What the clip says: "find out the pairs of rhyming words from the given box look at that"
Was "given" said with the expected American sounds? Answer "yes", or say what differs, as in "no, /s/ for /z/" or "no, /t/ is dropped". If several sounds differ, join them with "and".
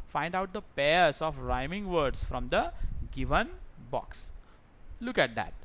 yes